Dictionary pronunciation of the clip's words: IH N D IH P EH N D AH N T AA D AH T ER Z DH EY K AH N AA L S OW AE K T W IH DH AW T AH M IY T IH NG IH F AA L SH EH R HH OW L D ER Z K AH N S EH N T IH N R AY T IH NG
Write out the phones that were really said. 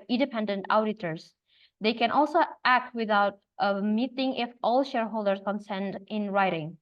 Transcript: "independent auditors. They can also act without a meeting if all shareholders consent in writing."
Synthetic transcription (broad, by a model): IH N D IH P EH N D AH N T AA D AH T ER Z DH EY K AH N AA L S OW AE K T W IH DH AW T AH M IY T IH NG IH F AA L SH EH R HH OW L D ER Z K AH N S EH N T IH N R AY T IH NG